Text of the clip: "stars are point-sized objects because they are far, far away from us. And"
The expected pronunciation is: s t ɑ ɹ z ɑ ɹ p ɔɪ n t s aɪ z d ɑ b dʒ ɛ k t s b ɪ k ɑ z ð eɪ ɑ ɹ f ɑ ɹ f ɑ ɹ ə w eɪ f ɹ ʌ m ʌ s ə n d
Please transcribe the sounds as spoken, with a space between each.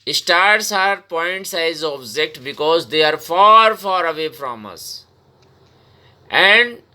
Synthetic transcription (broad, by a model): s t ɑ ɹ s ɑ ɹ p ɔɪ n t s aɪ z ɑ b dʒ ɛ k t b ɪ k ɑ z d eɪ ɑ ɹ f ɑ ɹ f ɑ ɹ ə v eɪ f ɹ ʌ m ʌ s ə n d